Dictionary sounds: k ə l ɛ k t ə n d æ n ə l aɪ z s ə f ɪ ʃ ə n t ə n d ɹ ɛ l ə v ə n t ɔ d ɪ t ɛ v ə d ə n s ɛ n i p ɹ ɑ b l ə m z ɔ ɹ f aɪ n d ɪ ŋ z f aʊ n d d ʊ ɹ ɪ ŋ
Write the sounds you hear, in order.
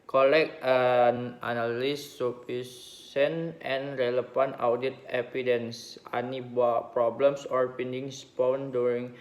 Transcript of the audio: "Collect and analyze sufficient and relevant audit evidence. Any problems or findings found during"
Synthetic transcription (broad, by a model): k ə l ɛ k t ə n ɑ n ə l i s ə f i s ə n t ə n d ɹ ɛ l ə f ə n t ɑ d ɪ t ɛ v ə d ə n s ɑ n i p ɹ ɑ b l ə m s ɔ ɹ p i n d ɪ ŋ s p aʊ n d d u ɹ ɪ ŋ